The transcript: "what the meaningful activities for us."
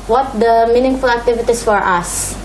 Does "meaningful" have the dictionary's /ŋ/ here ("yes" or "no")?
yes